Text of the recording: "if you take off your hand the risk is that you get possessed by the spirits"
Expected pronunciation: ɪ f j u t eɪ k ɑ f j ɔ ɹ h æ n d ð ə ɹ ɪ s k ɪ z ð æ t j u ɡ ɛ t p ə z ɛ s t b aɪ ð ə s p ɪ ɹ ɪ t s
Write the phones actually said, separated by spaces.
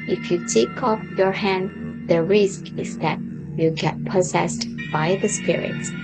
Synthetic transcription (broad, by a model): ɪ f j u t eɪ k ɑ f j ɔ ɹ h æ n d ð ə ɹ ɪ s k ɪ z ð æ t j u ɡ ɛ t p ə z ɛ s t b aɪ ð ə s p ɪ ɹ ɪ t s